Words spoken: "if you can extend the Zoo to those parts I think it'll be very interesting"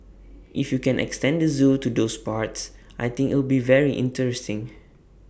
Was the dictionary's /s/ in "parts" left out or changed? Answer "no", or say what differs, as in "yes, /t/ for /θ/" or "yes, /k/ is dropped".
no